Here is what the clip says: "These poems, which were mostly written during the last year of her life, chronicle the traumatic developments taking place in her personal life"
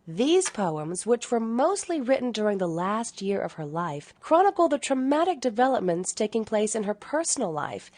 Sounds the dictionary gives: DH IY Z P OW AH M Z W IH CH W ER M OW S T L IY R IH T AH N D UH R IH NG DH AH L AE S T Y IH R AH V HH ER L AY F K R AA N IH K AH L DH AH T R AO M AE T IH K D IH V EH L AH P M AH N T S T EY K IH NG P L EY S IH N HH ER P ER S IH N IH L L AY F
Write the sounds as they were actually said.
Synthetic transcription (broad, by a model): DH IY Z P OW AH M Z W IH CH W ER M OW S T L IY R IH T N D UH R IH NG DH AH L AE S T Y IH R AH V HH ER L AY F K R AA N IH K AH L DH AH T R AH M AE T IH K D IH V EH L AH P M AH N T S T EY K IH NG P L EY S IH N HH ER P ER S N L L AY F